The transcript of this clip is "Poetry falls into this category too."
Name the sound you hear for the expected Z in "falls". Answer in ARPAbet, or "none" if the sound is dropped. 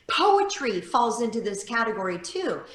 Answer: Z